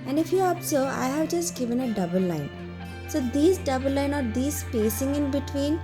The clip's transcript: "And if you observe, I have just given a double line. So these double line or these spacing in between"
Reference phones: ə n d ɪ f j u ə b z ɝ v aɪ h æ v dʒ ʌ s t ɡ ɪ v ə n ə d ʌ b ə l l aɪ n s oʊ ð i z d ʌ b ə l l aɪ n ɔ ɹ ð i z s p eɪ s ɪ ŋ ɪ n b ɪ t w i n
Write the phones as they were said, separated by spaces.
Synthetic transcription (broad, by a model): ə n d ɪ f j u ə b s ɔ aɪ h æ v dʒ ʌ s t ɡ ɪ v ə n ə d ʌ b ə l l aɪ n s oʊ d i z d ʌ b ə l l aɪ n ɔ ɹ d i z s p eɪ s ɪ ŋ ɪ n b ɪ t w i n